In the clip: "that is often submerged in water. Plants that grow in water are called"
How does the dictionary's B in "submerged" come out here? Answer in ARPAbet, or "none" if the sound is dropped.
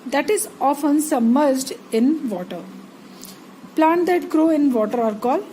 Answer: none